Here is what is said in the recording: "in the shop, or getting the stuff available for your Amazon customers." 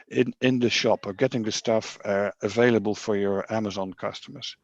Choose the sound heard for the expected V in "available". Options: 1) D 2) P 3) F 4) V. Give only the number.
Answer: 4